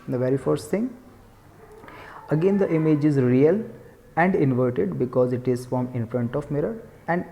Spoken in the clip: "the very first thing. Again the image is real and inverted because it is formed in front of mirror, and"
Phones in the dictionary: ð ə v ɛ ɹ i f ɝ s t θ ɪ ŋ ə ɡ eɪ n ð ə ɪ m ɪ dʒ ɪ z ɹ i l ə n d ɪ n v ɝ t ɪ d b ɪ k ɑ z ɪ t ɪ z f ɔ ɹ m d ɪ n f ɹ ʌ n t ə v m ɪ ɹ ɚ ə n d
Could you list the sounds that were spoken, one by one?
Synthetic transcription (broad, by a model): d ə v ɛ ɹ i f ɝ s t t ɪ ŋ ə ɡ eɪ n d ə ɪ m ɪ dʒ ɪ z ɹ i l ə n d ɪ n v ɝ t ɪ d b ɪ k ɑ z ɪ t ɪ z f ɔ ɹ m ɪ n f ɹ ʌ n t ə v m ɪ ɹ ɚ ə n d